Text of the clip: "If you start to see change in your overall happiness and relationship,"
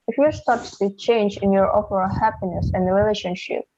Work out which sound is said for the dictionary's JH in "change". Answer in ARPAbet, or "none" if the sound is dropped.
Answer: JH